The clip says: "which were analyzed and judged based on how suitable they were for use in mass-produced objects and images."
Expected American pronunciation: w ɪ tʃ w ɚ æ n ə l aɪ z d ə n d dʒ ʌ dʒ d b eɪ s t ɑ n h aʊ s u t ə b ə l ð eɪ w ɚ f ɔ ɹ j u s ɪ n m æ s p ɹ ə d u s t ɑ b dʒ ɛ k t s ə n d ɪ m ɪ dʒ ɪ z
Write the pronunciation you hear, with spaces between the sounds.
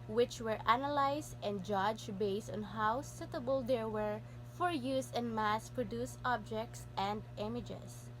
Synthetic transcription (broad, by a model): w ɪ tʃ w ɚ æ n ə l aɪ s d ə n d dʒ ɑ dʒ b eɪ s t ɑ n h aʊ s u t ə b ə l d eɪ w ɚ f ɔ ɹ j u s ɪ n m æ s p ɹ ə d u s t ɑ b dʒ ɛ k t s ə n d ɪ m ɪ dʒ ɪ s